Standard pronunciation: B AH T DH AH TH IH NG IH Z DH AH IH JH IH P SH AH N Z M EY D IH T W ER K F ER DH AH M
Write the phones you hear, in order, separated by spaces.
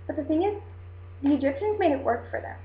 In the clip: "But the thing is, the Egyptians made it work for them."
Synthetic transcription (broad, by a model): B AH T DH AH TH IH NG IH Z DH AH IH JH IH P SH AH N Z M EY D IH T W ER K F ER DH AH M